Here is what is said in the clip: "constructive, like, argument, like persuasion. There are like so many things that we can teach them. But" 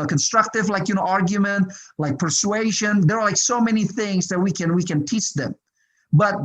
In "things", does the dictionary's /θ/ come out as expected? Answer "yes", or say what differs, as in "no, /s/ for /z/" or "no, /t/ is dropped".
yes